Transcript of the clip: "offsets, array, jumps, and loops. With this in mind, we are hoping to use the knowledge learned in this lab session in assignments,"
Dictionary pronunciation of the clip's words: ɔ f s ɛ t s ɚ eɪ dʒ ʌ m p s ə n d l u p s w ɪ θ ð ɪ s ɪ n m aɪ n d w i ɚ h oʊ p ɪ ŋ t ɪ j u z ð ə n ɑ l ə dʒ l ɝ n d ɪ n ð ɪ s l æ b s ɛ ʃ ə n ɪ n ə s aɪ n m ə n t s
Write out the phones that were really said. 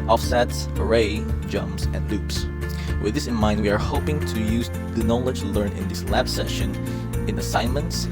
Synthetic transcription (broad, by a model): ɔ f s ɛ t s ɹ eɪ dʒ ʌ m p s ə n d l u p s w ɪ ð ɪ s ɪ n m aɪ n d w i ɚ h oʊ p ɪ ŋ t ɪ j u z ð ə n ɑ l ə dʒ l ɝ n ɪ n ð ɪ s l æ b s ɛ ʃ ə n ɪ n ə s aɪ n m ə n t s